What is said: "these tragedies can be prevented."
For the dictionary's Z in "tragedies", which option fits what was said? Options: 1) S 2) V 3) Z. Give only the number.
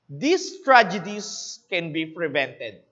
1